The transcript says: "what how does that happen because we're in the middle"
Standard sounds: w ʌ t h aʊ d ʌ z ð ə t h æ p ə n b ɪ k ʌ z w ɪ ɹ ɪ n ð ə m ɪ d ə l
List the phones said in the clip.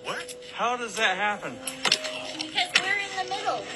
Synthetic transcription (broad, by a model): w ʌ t h aʊ d ʌ z ð ə t h æ p ə n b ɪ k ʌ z w ɪ ɹ ɪ n ð ə m ɪ d l